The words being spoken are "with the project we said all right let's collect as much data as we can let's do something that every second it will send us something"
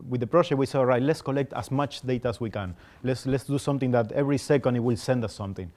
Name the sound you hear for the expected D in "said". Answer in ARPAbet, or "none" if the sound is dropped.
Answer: none